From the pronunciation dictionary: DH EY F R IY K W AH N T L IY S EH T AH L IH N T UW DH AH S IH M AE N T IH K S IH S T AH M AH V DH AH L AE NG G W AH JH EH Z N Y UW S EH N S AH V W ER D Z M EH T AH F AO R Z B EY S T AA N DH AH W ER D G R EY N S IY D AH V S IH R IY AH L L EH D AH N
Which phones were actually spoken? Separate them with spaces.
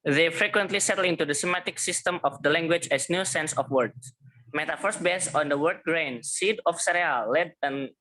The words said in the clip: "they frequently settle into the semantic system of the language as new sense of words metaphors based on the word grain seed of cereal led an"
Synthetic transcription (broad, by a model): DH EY F R IY K W AH N T L IY S EH T AH L IH N T UW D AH S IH M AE T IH K S IH S T AH M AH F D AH L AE NG G W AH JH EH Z N Y UW S EH N S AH F W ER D M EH T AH F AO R S B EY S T AA N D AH W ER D G R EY N S IY D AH F S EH R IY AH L L EH D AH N